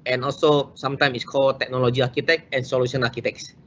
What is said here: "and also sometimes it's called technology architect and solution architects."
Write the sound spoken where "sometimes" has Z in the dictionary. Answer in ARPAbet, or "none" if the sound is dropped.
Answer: none